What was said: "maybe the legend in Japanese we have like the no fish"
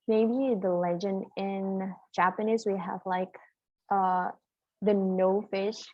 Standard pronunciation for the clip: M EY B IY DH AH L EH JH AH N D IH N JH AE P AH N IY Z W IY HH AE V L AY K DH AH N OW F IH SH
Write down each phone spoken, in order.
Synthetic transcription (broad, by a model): M EY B IY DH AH L EH JH AH N D IH N JH AE P AH N IY Z W IY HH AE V L AY K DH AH N OW F IH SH